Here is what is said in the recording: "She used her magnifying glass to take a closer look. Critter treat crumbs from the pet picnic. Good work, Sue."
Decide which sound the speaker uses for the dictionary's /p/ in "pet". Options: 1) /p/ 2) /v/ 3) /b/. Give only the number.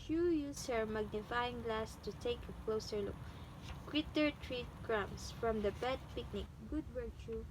3